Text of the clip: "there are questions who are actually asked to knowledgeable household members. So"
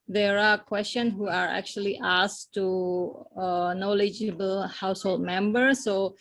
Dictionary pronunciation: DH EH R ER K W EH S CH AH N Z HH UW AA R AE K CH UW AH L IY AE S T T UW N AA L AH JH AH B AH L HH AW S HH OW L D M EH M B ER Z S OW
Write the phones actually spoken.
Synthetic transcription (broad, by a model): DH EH R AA K W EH S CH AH N HH UW AA R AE K CH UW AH L IY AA S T T UW N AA L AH JH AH B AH L HH AW S HH OW L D M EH M B ER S OW